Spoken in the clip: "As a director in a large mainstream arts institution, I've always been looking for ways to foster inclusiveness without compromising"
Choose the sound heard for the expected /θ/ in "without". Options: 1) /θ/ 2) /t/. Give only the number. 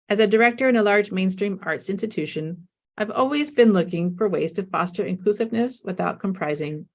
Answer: 1